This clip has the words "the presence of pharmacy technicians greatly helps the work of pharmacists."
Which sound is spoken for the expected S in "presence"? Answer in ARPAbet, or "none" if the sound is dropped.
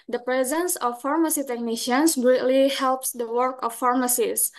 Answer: S